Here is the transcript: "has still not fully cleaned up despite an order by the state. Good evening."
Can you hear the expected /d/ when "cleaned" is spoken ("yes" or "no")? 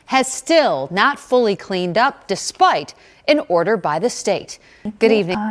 yes